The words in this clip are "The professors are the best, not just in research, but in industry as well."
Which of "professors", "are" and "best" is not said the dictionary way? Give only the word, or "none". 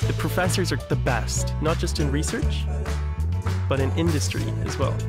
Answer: none